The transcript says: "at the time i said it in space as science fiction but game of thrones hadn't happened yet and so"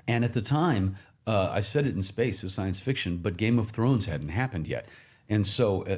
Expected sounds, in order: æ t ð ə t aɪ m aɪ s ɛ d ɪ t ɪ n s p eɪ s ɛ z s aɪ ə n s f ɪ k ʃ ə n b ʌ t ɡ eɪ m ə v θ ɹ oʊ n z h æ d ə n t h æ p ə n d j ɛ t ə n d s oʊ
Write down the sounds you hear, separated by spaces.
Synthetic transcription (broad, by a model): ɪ t ð ə t aɪ m aɪ s ɛ d ɪ t n s p eɪ s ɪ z s aɪ ə n s f ɪ k ʃ ə n b ʌ t ɡ eɪ m ə v θ ɹ oʊ n z h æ d n t h æ p ə n d j ɛ t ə n s oʊ